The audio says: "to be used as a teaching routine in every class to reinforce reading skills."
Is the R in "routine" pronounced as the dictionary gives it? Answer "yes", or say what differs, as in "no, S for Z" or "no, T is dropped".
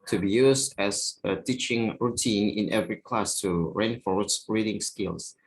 yes